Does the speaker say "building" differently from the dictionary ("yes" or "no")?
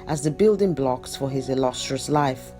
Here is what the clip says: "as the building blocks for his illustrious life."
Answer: no